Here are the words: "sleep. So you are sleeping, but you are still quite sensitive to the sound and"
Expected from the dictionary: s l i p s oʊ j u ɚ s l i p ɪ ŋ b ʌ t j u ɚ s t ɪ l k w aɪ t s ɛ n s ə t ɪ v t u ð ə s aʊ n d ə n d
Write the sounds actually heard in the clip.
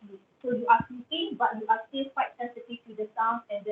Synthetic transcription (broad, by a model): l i s oʊ j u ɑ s i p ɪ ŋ b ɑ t j u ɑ s t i l k w aɪ t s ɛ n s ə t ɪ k t u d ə s aʊ n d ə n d